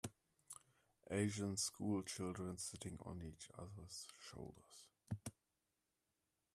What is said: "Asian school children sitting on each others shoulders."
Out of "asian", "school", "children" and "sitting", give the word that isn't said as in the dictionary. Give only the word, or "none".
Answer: none